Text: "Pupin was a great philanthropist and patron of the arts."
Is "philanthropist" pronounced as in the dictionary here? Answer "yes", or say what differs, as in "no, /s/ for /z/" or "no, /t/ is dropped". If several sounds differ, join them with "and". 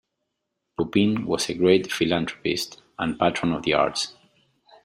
no, /t/ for /θ/